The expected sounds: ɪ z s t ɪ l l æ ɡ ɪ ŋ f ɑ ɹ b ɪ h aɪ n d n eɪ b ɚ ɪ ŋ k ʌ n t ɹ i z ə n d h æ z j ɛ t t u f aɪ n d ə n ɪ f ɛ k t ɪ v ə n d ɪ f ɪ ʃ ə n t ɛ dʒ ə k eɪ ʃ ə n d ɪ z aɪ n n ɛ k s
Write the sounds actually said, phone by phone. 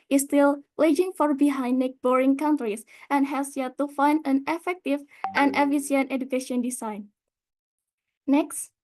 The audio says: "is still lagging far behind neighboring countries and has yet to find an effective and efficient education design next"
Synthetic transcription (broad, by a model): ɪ s t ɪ l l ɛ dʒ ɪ ŋ f ɑ ɹ b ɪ h aɪ n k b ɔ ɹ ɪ ŋ k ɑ n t ɹ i s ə n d h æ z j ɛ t t u f aɪ n d ə n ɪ f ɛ k t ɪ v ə n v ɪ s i ə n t ɛ dʒ ə k eɪ ʃ ə n d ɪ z aɪ n n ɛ k s